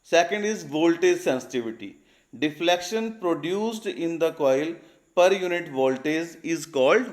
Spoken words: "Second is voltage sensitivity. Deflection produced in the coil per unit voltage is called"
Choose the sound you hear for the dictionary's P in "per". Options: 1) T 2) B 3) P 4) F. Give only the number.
3